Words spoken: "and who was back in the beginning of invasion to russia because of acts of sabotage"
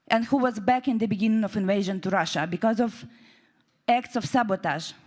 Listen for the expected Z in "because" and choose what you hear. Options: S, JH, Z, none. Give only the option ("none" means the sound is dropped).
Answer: Z